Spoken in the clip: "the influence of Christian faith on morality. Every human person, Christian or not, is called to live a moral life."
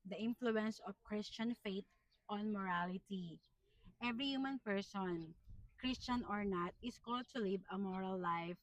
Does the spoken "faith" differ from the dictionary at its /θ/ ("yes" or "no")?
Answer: yes